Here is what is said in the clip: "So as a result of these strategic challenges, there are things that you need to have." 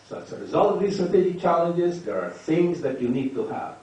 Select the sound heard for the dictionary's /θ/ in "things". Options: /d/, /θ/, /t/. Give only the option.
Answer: /θ/